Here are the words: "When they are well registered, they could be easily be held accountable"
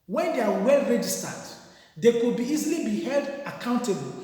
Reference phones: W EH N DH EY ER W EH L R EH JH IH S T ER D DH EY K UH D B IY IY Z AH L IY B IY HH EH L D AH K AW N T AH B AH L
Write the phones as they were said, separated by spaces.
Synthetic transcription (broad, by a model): W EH N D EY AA W EH L R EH JH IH S T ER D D EY K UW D B IY IY Z AH L IY B IY HH EH L D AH K AW N T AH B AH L